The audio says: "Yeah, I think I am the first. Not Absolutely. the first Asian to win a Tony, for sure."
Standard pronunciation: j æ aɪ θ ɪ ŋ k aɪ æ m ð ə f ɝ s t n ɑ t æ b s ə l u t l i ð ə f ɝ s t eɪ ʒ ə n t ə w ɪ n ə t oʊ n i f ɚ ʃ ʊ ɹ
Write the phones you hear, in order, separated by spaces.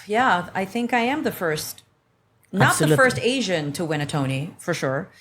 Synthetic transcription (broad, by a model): j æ aɪ θ ɪ ŋ k aɪ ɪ m ð ə f ɝ s t n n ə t ð ə f ɝ s t eɪ ʒ ə n t ə w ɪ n ə t oʊ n i f ɚ ʃ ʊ ɹ